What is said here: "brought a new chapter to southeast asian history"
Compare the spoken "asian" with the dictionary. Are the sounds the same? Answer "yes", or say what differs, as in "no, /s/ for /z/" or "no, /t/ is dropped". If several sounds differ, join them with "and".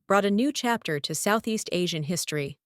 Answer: yes